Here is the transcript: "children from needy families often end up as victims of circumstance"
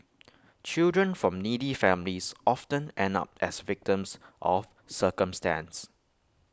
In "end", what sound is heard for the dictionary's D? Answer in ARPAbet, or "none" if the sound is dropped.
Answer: none